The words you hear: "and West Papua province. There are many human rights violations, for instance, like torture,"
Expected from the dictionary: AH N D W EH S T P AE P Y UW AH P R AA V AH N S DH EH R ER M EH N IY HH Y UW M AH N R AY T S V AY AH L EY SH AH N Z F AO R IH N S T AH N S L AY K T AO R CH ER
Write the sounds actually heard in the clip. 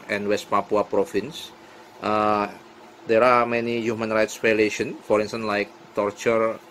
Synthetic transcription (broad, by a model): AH N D W EH S T P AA P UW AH P R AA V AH N S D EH R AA M EH N IY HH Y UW M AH N R AY T S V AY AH L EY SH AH N F AO R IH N S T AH N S L AY K T AO R CH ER